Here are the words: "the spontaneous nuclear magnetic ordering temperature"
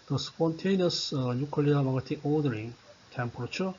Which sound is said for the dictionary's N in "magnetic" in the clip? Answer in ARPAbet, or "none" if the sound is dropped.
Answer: none